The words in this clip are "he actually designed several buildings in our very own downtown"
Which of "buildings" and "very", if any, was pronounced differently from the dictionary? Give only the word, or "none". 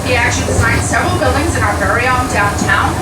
none